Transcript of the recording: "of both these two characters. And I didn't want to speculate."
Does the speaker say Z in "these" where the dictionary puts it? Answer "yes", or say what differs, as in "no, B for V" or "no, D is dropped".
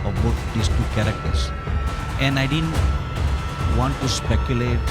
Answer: no, S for Z